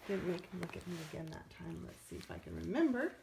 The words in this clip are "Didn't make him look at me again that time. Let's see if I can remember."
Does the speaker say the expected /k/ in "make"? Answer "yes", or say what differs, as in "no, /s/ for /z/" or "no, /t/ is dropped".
no, /k/ is dropped